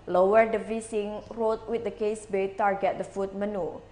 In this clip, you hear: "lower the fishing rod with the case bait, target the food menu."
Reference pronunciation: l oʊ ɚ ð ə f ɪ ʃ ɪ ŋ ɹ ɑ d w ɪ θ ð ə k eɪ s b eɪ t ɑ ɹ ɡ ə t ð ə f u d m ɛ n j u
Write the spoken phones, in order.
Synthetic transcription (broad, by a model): l oʊ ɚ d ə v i s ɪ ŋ ɹ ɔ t w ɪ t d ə k eɪ s b eɪ t ɑ ɹ ɡ ə t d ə f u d m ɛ n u